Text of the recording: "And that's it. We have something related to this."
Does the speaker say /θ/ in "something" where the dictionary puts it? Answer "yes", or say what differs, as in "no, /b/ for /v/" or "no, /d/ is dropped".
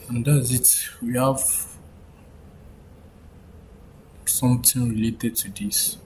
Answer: no, /t/ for /θ/